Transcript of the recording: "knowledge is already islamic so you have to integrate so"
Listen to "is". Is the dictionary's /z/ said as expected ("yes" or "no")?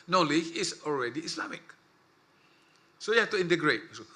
no